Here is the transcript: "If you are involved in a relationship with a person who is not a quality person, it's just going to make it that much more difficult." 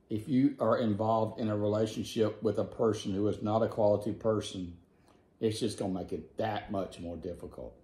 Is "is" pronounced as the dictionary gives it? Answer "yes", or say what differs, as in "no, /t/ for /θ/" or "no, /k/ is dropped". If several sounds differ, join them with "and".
yes